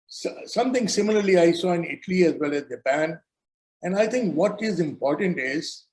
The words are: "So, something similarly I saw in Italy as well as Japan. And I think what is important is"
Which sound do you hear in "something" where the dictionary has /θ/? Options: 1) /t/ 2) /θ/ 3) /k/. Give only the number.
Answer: 1